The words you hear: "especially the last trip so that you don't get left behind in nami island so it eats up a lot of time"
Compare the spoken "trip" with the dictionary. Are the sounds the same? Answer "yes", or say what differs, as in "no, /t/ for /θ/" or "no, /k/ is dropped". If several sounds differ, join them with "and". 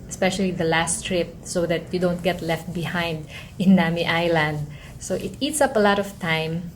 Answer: yes